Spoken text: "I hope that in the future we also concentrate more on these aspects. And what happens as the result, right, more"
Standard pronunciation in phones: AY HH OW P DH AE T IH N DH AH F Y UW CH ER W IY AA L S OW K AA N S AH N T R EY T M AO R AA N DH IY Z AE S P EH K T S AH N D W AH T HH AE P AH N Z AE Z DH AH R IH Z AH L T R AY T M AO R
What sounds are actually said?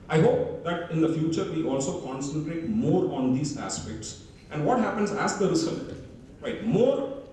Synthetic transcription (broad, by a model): AY HH OW P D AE T IH N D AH F Y UW CH ER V IY AA L S OW K AA N S AH N T R EY T M AO R AA N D IY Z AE S P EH K T S AH N D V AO T HH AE P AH N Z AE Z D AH R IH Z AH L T R AY T M AO R